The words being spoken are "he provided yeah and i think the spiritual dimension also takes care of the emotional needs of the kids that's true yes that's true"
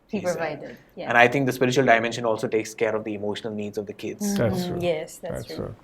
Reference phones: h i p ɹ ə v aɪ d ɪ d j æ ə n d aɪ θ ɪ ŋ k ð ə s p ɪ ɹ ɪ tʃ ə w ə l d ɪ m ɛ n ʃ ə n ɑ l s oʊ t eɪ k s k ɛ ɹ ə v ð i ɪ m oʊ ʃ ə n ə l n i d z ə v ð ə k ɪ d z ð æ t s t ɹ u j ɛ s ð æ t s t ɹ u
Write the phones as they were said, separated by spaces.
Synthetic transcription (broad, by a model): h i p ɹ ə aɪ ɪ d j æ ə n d aɪ t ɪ ŋ k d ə s p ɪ ɹ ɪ tʃ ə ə l d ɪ m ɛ n ʃ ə n ɑ l s oʊ t eɪ k s k ɛ ɹ ə v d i ɪ m oʊ ʃ ə n ə l n i d z ə v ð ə k ɪ d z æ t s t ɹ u j ɛ s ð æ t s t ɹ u